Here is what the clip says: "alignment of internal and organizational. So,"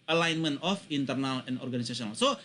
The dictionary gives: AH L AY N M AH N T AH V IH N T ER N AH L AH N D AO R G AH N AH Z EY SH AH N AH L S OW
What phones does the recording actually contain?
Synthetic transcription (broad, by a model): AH L AY N M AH N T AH F IH N T ER N AH L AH N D AO R G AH N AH S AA S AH N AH L S OW